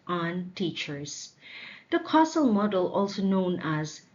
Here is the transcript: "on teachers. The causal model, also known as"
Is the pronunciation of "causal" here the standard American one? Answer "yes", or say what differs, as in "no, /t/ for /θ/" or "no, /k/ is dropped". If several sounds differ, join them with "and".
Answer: no, /s/ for /z/